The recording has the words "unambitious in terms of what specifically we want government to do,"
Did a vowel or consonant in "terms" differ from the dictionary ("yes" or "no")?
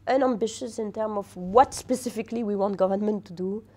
yes